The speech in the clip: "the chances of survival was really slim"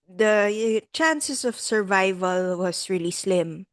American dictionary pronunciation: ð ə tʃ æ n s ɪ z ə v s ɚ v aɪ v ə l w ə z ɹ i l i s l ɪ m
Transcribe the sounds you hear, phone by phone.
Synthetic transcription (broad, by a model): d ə tʃ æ n s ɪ s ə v s ɚ v aɪ v ə l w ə s ɹ i l i s l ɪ m